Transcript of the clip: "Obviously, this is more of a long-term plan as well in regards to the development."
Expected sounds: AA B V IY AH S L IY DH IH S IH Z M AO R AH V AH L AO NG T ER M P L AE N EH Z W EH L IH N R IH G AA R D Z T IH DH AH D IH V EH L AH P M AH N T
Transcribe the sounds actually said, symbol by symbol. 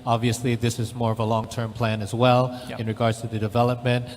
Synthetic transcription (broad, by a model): AA B V IY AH S L IY DH IH S IH Z M AO R AH V AH L AO NG T ER M P L AE N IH Z W EH L IH N R IH G AA R D Z T IH DH AH D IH V EH L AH P M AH N T